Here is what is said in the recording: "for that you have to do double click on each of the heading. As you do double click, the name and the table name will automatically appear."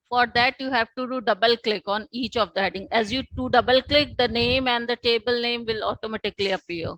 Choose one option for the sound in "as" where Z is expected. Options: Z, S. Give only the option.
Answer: Z